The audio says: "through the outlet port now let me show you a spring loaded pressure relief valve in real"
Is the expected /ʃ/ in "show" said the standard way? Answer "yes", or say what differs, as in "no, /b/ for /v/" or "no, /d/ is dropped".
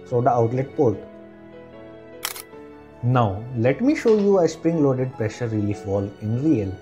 yes